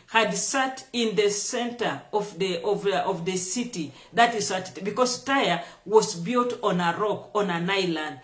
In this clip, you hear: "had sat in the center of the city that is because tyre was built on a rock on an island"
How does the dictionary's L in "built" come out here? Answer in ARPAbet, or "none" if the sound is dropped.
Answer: L